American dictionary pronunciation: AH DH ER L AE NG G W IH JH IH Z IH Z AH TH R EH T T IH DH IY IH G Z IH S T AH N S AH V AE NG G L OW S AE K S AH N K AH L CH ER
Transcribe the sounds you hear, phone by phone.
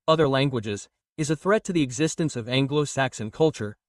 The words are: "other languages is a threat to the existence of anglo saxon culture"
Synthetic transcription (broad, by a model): AH DH ER L AE NG G W IH JH IH Z IH Z AH TH R EH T T IH DH IY IH G Z IH S T AH N S AH V AE NG G L OW S AE K S AH N K AH L CH ER